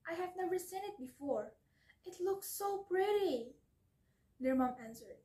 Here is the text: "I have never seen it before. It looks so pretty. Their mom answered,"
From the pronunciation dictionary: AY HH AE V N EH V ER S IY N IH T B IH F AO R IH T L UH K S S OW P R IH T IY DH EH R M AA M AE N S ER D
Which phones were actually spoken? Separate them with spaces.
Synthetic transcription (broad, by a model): AY HH AE V N EH V ER S IY N IH T B IH F AO R IH T L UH K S S OW P R IH T IY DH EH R M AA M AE N S ER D